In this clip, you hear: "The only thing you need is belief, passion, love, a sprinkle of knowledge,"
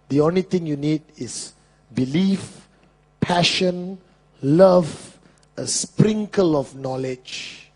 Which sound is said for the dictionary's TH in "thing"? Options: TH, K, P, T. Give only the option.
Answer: T